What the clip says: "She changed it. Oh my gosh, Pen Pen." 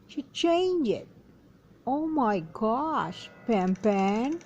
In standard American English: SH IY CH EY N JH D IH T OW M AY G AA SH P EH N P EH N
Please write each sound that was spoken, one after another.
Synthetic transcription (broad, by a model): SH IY CH EY N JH IH T OW M AY G AA SH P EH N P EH N